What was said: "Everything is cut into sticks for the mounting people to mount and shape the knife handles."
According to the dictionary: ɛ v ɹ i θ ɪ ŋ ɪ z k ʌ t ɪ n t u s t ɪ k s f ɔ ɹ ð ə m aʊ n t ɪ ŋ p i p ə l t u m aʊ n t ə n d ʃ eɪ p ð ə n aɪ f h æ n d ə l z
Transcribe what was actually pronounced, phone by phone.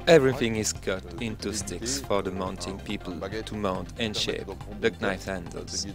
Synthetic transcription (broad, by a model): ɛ v ɹ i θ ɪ ŋ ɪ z k ʌ t ɪ n t u s t ɪ k s f ɔ ɹ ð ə m aʊ n t ɪ ŋ p i p ə l t u m aʊ n t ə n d ʃ eɪ p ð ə n aɪ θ h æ n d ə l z